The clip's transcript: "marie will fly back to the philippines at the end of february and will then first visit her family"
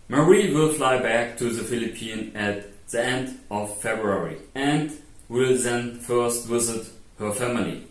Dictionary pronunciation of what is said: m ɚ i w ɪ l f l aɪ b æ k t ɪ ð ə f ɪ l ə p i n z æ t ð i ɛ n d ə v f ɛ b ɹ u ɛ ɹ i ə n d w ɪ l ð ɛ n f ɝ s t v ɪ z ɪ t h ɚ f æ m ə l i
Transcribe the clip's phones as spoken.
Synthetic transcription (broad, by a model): m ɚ i w ɪ l f l aɪ b æ k t ɪ ð ə f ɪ l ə p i n æ t ð i ɛ n d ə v f ɛ b ɹ u ɛ ɹ i ə n d w ɪ l ð ɛ n f ɝ s t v ɪ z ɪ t h ɚ f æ m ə l i